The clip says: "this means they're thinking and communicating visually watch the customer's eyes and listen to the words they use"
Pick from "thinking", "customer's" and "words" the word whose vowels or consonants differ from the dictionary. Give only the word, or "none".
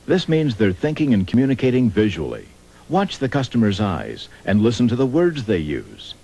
none